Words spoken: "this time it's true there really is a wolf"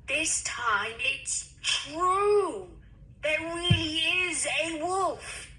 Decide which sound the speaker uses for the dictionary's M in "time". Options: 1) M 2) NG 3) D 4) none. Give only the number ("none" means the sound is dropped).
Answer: 1